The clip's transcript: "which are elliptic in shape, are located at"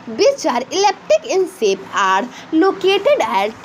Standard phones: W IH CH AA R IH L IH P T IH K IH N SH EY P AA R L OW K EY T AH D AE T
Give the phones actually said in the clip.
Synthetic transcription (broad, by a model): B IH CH AA R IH L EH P T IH K IH N S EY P AA R L OW K EY T AH D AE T